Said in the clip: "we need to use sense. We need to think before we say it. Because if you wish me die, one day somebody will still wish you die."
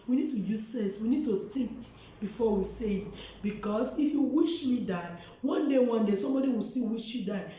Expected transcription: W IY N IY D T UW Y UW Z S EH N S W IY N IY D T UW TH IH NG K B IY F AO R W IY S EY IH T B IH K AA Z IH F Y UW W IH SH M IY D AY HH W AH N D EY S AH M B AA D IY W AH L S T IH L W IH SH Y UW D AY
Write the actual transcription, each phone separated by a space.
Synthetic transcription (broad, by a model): W IY N IY D T UW Y UW Z S EH N S W IY N IY D T UW T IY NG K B IY F AO W IY S EY IH T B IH K AA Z IH F Y UW W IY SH M IY D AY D W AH N D EY S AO M B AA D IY W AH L S T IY L W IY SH Y UW D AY